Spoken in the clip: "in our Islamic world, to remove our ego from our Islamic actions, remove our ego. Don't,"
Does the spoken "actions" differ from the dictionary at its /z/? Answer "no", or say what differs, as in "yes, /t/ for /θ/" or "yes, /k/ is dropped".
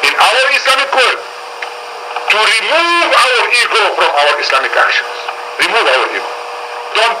yes, /s/ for /z/